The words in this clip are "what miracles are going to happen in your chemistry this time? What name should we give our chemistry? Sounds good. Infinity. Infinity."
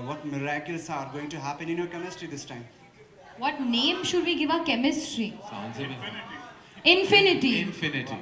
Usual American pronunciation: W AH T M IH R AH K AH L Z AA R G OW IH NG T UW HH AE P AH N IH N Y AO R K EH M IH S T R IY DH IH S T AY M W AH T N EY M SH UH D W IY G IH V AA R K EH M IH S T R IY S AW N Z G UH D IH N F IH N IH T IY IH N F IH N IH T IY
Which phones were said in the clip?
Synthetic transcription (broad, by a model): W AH T M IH R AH K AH L S AA R G OW IH NG T UW HH AE P AH N IH N Y AO R K EH M IH S T R IY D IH S T AY M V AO T N EY M SH UH D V IY G IH V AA K EH M IH S T R IY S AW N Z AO IH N F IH N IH T IY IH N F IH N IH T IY